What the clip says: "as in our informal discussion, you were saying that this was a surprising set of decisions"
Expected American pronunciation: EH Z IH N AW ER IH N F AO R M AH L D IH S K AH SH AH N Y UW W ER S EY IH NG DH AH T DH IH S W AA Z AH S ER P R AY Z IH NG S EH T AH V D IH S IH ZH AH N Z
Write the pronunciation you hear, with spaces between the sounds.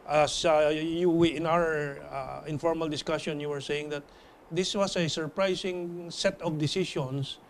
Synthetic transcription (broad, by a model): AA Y IH N AW ER IH N F AO R M AH L D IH S K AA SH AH N Y UW W ER S EY IH NG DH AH T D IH S W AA S AH S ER P R AY S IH NG S EH T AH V D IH S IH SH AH N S